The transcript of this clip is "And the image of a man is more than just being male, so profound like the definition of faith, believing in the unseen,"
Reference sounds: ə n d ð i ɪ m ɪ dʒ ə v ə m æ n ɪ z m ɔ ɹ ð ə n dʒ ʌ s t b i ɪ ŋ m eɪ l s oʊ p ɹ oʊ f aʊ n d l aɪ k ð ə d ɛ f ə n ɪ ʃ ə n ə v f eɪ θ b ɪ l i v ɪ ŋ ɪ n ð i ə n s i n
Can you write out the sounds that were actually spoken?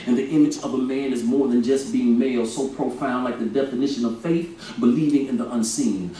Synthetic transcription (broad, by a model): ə n ð i ɪ m ɪ dʒ ə v ə m æ n ɪ z m ɔ ɹ ð ə n dʒ ʌ s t b i ɪ ŋ m eɪ l s oʊ p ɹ oʊ f aʊ n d l aɪ k ð ə d ɛ f ə n ɪ ʃ ə n ə v f eɪ θ b ɪ l i v ɪ ŋ ɪ n ð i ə n s i n